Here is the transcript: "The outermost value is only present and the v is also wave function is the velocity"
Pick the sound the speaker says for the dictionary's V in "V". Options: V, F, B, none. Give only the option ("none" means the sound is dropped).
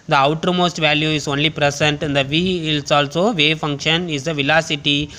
V